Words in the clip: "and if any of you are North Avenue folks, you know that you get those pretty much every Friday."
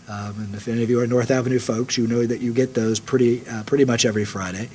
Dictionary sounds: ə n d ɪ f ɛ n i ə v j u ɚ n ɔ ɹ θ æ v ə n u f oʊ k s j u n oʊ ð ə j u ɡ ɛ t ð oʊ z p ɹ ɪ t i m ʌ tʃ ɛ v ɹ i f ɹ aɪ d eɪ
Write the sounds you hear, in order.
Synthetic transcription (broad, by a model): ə n ɪ f ɛ n i ə v j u ɚ n ɔ ɹ θ æ v ə n u f oʊ k s j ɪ n oʊ ð ə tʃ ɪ ɡ ɛ t ð oʊ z p ɹ ɪ t i m ʌ tʃ ɛ v ɹ i f ɹ aɪ d eɪ